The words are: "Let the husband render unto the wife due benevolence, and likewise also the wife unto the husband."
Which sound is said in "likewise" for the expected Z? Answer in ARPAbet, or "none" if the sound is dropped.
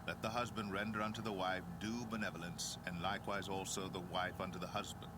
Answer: Z